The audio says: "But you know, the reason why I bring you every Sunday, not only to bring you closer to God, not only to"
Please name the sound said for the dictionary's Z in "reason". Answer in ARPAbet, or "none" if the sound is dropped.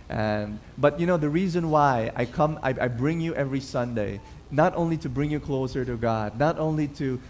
Z